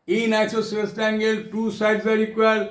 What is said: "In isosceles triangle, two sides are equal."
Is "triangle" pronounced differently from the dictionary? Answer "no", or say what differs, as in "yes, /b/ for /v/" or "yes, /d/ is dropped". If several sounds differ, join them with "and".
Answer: yes, /ɹ/ is dropped